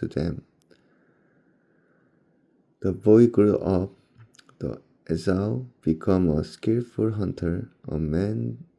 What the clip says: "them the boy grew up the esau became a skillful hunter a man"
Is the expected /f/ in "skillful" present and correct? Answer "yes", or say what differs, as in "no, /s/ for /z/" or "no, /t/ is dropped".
yes